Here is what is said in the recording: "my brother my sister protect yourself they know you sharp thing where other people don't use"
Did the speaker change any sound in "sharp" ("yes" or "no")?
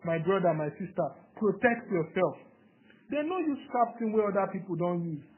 yes